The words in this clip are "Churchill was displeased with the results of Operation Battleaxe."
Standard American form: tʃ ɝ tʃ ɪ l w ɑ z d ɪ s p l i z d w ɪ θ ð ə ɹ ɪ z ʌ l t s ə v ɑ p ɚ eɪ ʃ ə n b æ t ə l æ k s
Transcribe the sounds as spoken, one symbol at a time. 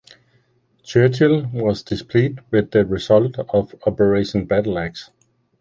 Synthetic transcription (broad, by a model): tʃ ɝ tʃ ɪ l w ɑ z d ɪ s p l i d w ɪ ð ə ɹ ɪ s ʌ l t ə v ɑ p ɚ eɪ ʃ ə n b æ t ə l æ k s